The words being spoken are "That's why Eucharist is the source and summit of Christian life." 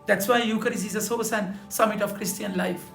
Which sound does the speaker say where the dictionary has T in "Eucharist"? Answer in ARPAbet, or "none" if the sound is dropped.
none